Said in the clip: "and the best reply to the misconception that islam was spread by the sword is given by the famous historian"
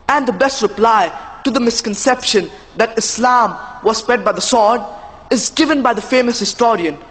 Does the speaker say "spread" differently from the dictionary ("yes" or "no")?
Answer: yes